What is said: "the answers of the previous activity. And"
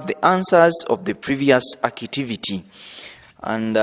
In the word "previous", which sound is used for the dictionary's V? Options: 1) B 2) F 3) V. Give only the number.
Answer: 3